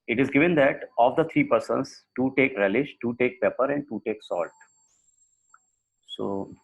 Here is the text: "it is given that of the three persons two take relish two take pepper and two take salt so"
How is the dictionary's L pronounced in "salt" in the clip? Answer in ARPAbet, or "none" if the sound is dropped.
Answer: L